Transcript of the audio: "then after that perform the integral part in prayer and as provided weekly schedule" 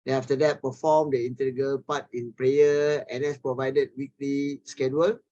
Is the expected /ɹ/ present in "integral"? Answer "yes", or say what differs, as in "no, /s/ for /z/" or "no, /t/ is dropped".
no, /ɹ/ is dropped